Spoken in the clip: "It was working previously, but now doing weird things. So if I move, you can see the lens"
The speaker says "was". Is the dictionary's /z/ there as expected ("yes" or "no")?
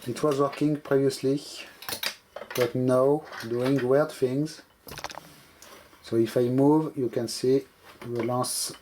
yes